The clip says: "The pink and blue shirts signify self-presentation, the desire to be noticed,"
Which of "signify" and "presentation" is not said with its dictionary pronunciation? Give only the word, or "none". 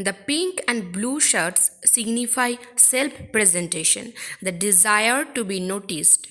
none